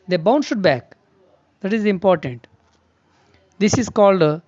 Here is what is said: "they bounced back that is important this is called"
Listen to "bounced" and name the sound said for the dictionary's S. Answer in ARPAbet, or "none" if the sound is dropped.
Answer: SH